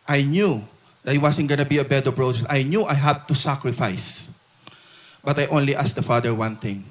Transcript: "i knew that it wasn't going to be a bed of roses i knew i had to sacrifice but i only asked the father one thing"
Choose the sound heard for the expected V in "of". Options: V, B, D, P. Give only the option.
B